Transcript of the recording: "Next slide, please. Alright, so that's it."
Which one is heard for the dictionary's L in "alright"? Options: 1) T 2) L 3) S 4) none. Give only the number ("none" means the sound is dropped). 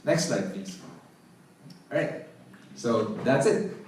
4